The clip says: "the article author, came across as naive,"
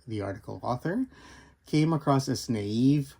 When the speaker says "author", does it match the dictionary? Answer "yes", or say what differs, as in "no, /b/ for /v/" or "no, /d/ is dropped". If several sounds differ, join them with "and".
yes